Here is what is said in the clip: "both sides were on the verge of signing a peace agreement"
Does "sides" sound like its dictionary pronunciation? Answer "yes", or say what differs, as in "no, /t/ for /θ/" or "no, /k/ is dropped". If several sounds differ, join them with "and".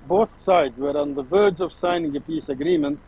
yes